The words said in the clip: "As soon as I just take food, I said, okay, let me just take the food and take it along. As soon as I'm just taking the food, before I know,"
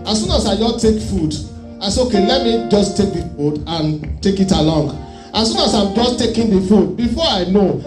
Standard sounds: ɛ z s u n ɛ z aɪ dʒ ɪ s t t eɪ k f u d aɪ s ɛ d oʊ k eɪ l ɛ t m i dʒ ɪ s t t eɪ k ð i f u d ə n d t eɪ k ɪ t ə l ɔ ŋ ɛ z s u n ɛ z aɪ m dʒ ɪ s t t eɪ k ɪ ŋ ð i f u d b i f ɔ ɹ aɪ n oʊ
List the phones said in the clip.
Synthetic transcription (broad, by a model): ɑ s u n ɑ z aɪ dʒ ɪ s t t eɪ k f u d aɪ s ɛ oʊ k eɪ l ɛ t m i dʒ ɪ s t t eɪ k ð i f u d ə n t eɪ k ɪ t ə l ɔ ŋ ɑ s u n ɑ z aɪ m dʒ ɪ s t t eɪ k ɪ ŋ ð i f u d b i f ɔ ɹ aɪ n oʊ